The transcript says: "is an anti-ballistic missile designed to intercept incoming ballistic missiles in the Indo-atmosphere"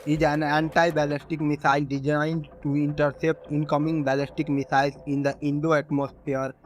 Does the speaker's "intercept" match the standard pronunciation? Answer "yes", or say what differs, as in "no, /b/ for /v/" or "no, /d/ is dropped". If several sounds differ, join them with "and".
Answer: yes